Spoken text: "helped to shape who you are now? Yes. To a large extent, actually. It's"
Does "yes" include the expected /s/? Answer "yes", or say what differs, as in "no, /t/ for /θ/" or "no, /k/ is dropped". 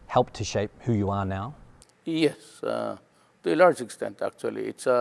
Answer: yes